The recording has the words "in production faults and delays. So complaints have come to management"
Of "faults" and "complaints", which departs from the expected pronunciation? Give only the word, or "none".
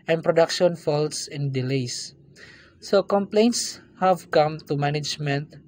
none